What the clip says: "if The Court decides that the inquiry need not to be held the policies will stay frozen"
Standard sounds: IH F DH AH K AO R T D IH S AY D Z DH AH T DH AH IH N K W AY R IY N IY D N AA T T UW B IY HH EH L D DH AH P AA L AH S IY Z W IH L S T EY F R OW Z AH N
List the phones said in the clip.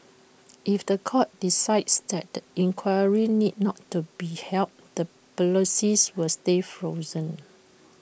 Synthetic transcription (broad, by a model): IH F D AH K AO T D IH S AY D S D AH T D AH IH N K W AY R IY N IY D N AA T T UW B IY HH EH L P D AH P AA L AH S IY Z W IH L S T EY F R OW Z AH N